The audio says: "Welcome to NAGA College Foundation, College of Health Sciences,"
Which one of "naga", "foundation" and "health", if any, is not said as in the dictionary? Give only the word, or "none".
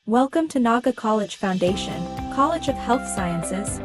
none